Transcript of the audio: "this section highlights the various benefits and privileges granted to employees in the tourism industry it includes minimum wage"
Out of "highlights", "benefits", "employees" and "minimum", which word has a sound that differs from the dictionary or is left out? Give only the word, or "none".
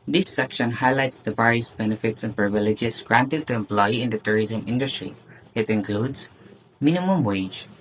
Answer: employees